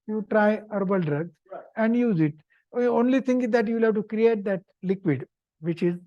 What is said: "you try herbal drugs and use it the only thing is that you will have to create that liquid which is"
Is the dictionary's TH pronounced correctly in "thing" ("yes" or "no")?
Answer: no